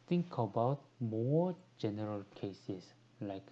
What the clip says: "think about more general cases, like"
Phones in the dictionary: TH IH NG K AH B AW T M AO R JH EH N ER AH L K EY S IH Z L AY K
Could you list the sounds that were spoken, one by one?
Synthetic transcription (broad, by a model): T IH NG K AH B AW T M AO JH EH N ER AH L K EY S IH S L AY K